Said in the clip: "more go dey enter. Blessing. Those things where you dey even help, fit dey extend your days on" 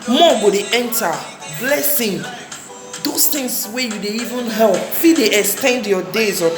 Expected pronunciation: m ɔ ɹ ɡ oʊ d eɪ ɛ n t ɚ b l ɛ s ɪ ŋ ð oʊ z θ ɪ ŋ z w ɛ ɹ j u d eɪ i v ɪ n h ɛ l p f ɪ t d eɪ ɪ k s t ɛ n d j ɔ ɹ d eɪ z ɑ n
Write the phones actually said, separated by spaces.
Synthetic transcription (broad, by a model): m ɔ ɡ oʊ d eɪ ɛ n t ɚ b l ɛ s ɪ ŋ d oʊ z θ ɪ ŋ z w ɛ j u d eɪ i v ɪ n h ɛ l p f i d eɪ ɪ k s t ɛ n d j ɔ d eɪ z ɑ